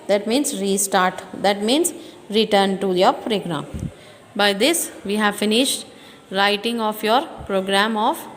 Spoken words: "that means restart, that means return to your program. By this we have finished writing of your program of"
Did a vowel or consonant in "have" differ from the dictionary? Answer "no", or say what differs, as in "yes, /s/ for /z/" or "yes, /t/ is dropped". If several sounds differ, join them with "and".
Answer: no